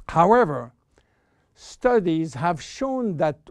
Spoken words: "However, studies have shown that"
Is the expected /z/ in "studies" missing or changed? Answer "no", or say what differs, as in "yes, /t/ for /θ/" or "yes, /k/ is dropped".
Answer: no